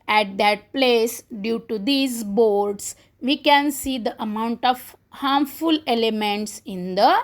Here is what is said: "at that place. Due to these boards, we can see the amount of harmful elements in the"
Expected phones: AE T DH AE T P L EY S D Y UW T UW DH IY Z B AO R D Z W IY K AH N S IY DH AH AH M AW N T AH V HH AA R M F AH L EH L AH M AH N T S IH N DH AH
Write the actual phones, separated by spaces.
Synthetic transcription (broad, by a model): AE T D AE T P L EY S D Y UW T UW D IY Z B AO R D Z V IY K AH N S IY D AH AH M AW N T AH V HH AA R M F AH L EH L AH M AH N T S IH N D AH